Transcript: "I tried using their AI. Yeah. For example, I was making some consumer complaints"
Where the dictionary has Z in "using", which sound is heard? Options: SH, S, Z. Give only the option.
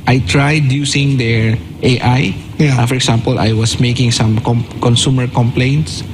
S